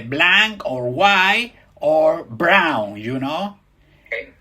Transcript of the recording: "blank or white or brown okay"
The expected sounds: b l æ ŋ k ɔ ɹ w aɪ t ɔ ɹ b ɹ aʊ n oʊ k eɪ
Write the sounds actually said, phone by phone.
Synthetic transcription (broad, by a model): b l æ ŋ k ɔ ɹ w aɪ ɔ ɹ b ɹ aʊ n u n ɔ